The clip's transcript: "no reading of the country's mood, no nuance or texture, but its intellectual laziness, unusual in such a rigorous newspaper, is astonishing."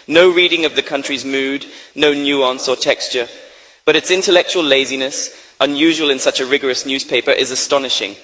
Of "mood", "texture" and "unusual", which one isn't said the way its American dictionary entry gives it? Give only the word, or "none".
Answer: none